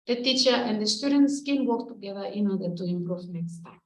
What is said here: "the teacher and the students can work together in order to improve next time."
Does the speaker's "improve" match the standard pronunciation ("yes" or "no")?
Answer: no